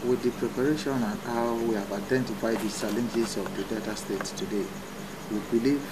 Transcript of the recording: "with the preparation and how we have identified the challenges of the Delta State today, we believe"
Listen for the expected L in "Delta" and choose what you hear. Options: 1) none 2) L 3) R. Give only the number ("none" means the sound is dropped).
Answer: 1